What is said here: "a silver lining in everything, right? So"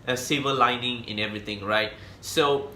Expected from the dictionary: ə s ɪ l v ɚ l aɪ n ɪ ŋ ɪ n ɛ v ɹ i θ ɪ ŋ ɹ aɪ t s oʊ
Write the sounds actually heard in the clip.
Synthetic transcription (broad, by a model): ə s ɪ v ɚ l aɪ n ɪ ŋ ɪ n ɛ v ɹ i t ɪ ŋ ɹ aɪ t s oʊ